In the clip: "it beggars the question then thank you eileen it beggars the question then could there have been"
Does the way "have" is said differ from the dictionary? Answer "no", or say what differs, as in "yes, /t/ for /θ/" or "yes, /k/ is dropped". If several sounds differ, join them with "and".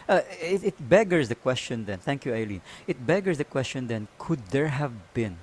no